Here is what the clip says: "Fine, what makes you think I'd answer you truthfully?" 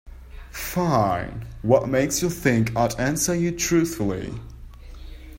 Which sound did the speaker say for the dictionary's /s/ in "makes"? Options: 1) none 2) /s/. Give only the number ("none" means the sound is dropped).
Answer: 2